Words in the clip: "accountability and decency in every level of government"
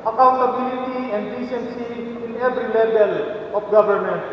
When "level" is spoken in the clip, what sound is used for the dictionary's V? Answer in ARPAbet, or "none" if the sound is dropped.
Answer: B